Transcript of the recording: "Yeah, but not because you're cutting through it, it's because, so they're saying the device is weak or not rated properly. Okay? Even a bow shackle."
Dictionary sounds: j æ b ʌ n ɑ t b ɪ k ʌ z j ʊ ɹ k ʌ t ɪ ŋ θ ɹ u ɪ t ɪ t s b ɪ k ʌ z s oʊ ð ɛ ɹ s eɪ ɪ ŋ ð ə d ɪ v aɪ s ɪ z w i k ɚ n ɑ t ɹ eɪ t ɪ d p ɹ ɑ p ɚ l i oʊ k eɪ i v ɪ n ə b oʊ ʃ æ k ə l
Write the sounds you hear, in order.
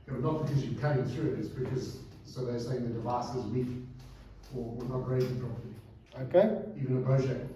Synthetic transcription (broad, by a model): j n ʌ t b ɪ k ʌ z j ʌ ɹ k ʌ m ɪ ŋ θ ɹ u ɪ t ɪ t s b ɪ k ʌ z s oʊ ð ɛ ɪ s eɪ ɪ ŋ ð ə d ɪ v aɪ s ɪ z w i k ɚ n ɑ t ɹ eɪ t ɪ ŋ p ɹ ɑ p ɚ i oʊ k eɪ i v ɪ n ə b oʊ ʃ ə